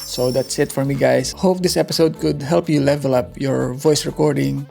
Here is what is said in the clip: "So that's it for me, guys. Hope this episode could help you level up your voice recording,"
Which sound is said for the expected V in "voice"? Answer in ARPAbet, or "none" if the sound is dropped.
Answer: V